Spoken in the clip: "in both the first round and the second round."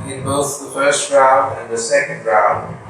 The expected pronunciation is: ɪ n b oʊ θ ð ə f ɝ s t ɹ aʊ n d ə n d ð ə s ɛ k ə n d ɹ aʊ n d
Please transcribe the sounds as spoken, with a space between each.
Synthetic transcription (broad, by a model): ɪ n b oʊ θ ð ə f ɝ s t ɹ aʊ n d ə n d ð ə s ɛ k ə n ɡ ɹ aʊ n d